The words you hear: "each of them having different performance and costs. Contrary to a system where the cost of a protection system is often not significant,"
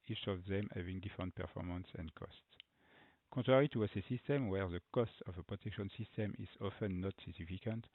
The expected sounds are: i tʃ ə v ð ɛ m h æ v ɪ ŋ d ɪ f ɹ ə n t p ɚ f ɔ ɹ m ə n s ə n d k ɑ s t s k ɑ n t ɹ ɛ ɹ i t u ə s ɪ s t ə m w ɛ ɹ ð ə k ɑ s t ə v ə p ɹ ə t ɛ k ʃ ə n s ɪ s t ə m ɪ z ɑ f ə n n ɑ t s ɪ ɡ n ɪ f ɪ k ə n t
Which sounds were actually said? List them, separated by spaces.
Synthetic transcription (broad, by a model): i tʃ ə v ð ɛ m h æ v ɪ ŋ d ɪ f ɹ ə n t p ɚ f ɔ ɹ m ə n s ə n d k ɑ s t s k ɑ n t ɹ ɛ ɹ i t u ə s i s t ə m w ɛ ɹ ð ə k ɑ s t ə v ə p ɹ ə t ɛ k ʃ ə n s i s t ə m ɪ z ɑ f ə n n ɑ t s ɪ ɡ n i f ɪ k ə n t